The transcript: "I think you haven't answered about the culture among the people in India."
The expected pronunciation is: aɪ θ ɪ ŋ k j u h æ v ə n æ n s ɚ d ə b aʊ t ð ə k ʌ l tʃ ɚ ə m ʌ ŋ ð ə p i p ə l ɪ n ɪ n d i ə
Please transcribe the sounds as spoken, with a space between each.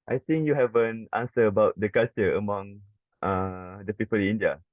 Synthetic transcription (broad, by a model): aɪ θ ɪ ŋ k j u h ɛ v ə n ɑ n s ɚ ə b aʊ t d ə k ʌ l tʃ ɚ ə m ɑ ŋ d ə p i p ə l ɪ n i n d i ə